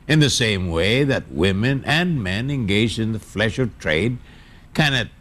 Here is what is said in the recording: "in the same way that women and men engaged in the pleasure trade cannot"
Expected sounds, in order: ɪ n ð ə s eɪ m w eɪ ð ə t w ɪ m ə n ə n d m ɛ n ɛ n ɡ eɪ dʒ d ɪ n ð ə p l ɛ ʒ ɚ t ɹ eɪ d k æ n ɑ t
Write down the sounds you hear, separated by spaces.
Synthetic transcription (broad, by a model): ɪ n ð ə s eɪ m w eɪ ð ə t w ɪ m ə n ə n m ɛ n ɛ n ɡ eɪ dʒ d ɪ n ð ə f l ɛ ʃ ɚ t ɹ eɪ d k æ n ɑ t